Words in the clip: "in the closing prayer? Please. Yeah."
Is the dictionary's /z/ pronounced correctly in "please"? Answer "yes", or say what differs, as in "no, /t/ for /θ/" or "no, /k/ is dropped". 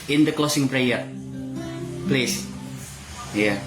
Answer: no, /s/ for /z/